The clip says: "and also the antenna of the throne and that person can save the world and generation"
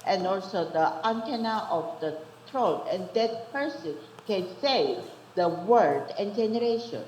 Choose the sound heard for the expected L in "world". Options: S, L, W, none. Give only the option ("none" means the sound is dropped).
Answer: none